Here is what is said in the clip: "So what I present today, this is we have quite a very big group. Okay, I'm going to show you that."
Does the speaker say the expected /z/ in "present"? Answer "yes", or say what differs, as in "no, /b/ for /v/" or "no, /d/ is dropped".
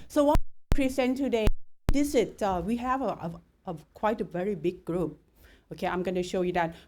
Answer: no, /s/ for /z/